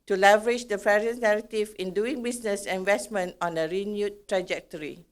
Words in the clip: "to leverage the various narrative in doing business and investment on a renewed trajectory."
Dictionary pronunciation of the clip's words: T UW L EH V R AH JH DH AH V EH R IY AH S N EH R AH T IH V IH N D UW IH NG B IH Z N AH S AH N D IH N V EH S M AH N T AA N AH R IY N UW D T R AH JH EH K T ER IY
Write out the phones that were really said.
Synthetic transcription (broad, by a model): T UW L EH V R AH JH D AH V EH R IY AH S N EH R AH T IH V IH N D UW IH NG B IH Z N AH S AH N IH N V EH S M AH N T AA N AH R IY N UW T R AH JH EH K T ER IY